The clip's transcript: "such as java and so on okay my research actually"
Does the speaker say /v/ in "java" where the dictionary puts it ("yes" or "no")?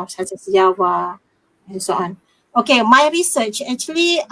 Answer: no